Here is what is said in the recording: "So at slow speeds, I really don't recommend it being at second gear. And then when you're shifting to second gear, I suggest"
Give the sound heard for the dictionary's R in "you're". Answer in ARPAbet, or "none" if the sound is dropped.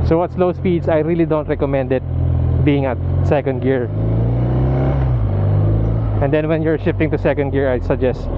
R